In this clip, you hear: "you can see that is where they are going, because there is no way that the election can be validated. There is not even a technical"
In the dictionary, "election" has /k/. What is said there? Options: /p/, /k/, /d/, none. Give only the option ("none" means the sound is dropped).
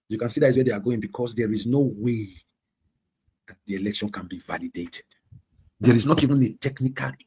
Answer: /k/